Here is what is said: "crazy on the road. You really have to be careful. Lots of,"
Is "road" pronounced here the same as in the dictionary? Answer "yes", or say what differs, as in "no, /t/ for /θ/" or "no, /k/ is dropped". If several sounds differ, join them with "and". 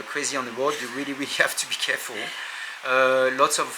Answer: no, /w/ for /ɹ/